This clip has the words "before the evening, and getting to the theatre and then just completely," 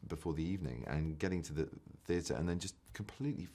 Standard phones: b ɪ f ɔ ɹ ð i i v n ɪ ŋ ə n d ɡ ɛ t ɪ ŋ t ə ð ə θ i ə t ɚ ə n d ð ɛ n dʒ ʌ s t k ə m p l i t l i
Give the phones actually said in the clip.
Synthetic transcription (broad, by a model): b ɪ f ɔ ð i i v n ɪ ŋ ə n ɡ ɛ t ɪ ŋ t ə ð ə θ i ə t ɚ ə n ð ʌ n dʒ ʌ s k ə m p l i t l i